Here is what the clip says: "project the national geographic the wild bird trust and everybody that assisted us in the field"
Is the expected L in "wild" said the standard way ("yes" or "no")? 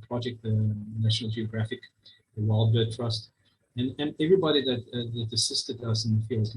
yes